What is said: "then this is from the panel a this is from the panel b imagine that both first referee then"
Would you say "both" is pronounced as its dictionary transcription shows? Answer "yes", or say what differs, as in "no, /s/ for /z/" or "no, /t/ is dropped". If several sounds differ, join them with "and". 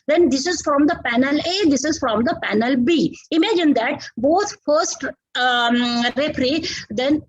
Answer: no, /t/ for /θ/